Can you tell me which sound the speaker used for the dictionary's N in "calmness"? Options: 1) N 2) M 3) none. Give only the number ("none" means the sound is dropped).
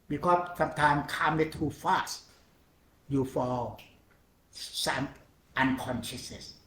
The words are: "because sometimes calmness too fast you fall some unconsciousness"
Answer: 3